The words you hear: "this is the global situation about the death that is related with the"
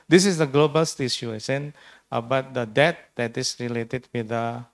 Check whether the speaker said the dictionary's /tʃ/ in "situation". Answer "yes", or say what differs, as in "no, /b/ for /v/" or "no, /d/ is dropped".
no, /ʃ/ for /tʃ/